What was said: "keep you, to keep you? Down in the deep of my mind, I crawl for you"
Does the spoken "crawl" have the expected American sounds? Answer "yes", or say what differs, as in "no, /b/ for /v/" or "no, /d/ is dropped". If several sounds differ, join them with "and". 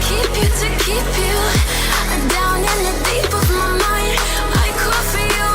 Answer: no, /ɹ/ is dropped